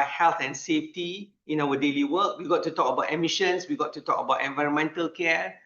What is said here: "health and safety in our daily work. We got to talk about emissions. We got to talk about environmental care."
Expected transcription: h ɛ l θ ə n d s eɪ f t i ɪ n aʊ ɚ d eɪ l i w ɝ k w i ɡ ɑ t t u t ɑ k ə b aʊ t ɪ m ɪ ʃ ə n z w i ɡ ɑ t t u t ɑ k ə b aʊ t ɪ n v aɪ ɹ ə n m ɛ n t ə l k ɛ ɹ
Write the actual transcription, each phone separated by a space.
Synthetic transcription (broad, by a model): h ɛ l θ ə n s eɪ f t i ɪ n aʊ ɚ d eɪ l i w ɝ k w i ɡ ɑ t t u t ɑ k ə b aʊ t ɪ m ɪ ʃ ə n s w i ɡ ɑ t t u t ɑ k ə b aʊ t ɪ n v aɪ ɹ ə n m ɛ n t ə l k ɛ